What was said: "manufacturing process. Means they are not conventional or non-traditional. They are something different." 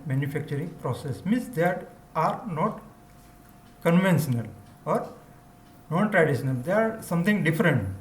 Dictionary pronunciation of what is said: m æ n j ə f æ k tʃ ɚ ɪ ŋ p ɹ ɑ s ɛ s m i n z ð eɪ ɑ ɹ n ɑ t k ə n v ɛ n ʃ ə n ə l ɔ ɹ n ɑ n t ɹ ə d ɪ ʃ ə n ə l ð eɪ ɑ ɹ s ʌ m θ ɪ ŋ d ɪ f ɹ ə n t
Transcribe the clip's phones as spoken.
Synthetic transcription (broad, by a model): m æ n j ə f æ k tʃ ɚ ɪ ŋ p ɹ ɑ s ɛ s m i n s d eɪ ɑ ɹ n ɑ t k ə n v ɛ n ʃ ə n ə l ɔ ɹ n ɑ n t ɹ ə d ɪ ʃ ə n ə l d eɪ ɑ ɹ s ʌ m t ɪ ŋ d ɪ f ɹ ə n t